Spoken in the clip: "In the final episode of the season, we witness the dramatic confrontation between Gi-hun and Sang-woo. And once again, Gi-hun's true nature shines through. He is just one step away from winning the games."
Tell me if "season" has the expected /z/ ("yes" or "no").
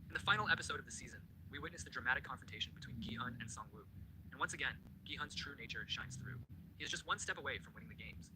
yes